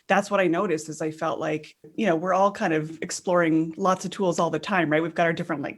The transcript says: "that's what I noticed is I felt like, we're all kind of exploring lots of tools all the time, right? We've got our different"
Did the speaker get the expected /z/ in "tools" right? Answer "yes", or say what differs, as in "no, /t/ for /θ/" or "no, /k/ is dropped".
yes